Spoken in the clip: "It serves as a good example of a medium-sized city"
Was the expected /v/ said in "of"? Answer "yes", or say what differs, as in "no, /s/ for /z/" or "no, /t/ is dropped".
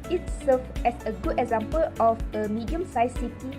no, /f/ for /v/